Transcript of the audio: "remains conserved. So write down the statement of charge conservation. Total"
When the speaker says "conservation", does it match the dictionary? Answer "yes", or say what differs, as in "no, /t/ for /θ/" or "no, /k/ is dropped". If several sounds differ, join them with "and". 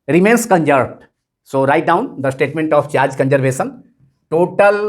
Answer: no, /s/ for /ʃ/